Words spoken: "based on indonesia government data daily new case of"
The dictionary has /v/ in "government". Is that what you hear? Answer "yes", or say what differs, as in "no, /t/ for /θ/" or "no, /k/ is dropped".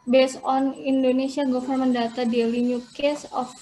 no, /f/ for /v/